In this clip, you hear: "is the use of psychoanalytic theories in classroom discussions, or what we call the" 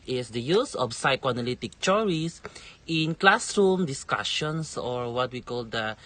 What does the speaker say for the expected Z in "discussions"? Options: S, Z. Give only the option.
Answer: S